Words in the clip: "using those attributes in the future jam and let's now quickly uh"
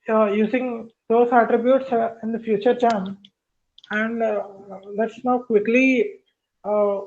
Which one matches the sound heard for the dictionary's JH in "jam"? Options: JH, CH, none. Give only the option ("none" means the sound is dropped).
CH